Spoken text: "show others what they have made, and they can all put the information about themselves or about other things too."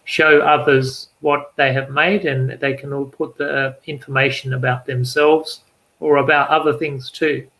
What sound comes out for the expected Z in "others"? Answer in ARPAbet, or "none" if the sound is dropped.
Z